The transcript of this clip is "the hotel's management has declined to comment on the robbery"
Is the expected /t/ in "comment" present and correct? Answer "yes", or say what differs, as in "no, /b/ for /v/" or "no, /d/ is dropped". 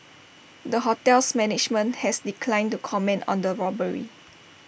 yes